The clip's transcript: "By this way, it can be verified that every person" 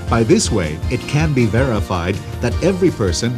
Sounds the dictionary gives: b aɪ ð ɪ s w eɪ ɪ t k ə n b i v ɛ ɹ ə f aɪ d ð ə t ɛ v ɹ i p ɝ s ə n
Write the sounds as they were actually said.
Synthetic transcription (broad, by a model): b aɪ ð ɪ s w eɪ ɪ t k ə n b i v ɛ ɹ ə f aɪ d ð ə t ɛ v ɹ i p ɝ s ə n